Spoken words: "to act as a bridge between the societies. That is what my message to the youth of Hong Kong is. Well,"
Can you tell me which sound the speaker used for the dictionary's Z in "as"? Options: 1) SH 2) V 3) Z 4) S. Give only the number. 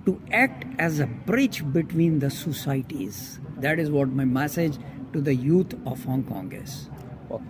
3